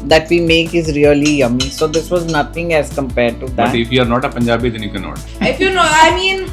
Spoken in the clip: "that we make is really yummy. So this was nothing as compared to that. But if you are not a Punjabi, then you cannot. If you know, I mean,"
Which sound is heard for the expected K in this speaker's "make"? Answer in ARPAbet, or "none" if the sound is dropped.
K